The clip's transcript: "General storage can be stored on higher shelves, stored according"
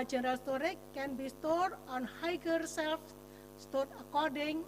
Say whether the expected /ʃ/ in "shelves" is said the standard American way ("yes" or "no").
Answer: no